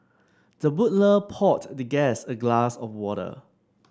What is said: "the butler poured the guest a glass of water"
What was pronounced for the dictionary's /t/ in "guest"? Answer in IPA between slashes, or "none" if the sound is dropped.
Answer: none